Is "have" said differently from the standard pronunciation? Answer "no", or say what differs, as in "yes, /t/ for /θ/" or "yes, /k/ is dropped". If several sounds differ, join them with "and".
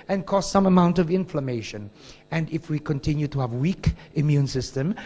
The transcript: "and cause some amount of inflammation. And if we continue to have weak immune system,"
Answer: no